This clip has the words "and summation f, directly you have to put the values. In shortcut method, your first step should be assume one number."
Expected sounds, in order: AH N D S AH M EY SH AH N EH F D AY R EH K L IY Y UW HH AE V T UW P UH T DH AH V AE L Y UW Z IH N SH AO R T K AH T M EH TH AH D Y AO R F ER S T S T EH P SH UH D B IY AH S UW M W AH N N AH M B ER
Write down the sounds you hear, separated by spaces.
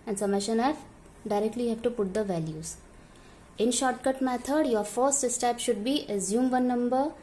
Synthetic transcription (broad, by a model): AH N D S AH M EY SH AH N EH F D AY R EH K L IY HH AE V T UW P UH T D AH V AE L Y UW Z IH N SH AO R T K AH T M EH T AH D Y AO R F ER S T S T EH P SH UH D B IY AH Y UW M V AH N N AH M B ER